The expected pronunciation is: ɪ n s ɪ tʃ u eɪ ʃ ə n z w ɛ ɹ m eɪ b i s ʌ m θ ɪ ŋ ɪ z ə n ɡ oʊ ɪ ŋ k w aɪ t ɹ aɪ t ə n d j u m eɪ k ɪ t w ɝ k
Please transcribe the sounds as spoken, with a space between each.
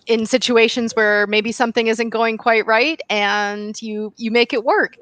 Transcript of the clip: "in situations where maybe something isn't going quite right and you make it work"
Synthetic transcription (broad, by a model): ɪ n s ɪ tʃ u eɪ ʃ ə n z w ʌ ɹ m eɪ b i s ʌ m θ ɪ ŋ ɪ z ə n ɡ oʊ ɪ ŋ k w aɪ t ɹ aɪ t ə n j j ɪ m eɪ k ɪ t w ɝ k